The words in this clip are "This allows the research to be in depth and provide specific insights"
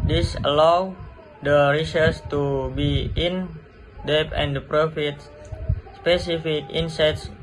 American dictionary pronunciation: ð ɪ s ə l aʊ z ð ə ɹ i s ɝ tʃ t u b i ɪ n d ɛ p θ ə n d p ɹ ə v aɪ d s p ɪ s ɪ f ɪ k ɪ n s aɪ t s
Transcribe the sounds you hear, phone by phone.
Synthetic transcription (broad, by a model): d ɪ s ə l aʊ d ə ɹ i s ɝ s t u b i ɪ n d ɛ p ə n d p ɹ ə f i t s p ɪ s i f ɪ k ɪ n s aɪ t s